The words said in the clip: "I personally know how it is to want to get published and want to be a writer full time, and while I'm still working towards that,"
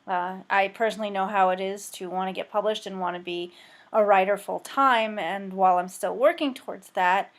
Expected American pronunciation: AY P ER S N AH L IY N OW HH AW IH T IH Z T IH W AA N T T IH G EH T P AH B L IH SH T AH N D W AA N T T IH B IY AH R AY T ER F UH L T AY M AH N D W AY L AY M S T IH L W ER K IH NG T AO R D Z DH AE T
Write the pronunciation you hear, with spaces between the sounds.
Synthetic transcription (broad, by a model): AY P ER S N L IY N OW HH AW IH T IH Z T IH W AA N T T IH G EH T P AH B L IH SH T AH N W AA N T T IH B IY AH R AY T ER F UH L T AY M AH N W AY L AY M S T IH L W ER K IH NG T AO R D Z DH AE T